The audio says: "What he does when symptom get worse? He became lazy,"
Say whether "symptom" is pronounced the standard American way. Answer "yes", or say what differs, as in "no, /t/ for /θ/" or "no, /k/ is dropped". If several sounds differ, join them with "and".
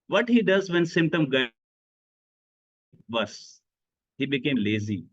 yes